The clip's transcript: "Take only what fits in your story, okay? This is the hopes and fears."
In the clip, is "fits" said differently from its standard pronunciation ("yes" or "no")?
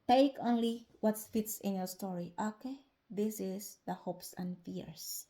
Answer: no